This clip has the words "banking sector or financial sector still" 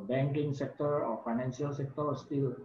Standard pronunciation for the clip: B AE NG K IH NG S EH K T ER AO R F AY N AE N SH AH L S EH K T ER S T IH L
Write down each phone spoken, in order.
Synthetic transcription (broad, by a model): B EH NG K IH NG S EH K T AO R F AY N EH N S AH L S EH K T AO S T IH L